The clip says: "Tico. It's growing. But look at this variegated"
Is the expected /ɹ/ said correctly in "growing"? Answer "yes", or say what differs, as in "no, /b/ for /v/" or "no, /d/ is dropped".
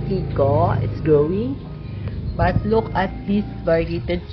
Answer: no, /ɹ/ is dropped